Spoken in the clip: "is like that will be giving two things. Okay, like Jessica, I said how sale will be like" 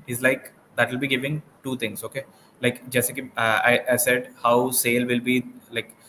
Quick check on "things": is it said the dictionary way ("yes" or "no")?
no